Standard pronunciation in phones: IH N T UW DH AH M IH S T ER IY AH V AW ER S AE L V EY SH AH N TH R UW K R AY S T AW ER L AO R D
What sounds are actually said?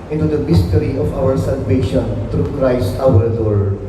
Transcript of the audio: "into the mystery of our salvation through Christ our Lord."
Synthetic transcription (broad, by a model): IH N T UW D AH M IH S T ER IY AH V AW ER S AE L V EY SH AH N T R UW K R AY S T AW ER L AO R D